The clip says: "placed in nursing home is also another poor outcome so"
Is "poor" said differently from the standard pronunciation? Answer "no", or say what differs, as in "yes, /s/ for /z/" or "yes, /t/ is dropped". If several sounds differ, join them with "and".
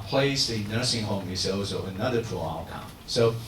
yes, /l/ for /ɹ/